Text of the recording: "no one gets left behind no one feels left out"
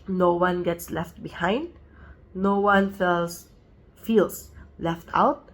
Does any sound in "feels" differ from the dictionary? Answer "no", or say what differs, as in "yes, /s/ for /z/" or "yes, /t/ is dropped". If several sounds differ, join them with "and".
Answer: yes, /s/ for /z/